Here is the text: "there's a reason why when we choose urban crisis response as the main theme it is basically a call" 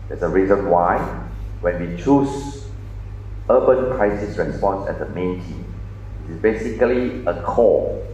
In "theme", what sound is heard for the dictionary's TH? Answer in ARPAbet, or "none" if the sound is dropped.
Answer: T